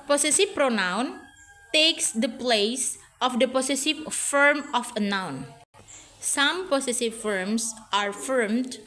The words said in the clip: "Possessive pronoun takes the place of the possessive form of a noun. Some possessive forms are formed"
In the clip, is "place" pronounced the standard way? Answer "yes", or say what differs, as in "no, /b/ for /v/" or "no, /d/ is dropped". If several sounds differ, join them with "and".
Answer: yes